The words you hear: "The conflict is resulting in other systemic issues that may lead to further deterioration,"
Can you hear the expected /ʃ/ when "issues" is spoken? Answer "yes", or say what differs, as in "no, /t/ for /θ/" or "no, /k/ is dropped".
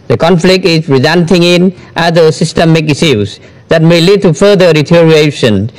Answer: no, /s/ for /ʃ/